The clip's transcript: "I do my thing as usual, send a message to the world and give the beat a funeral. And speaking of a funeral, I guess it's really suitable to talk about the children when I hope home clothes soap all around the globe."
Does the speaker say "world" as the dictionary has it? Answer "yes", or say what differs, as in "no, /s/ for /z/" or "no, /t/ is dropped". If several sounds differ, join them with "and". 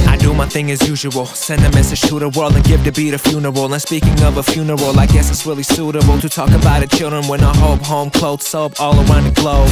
yes